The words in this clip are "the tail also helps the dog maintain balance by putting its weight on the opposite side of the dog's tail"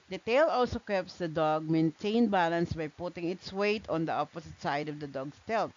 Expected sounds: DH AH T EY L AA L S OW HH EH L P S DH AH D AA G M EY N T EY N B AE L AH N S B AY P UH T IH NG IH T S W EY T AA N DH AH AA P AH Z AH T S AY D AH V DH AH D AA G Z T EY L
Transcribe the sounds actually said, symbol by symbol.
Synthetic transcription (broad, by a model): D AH T EY L AA L S OW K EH P S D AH D AA G M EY N T EY N B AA L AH N S B AY P UH T IH NG IH T S W EY T AA N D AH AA P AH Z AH T S AY D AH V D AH D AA G S T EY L